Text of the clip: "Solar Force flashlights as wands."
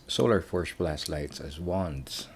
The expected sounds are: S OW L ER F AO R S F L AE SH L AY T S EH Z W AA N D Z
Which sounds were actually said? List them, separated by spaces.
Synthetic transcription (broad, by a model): S OW L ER F AO R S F L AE S L AY T S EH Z W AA N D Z